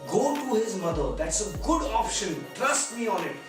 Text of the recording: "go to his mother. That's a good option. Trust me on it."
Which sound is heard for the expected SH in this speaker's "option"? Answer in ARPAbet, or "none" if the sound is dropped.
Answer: SH